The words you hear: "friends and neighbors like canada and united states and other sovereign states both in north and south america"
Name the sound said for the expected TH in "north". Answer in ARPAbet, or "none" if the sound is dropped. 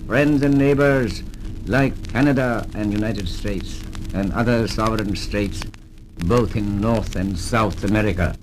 TH